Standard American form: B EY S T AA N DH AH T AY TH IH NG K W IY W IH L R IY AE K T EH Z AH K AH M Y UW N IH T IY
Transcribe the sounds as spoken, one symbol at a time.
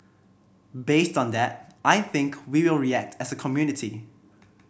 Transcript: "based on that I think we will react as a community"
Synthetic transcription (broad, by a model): B EY S T AA N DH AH T AY TH IH NG K W IY W IH L R IY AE K T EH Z AH K AH M Y UW N IH T IY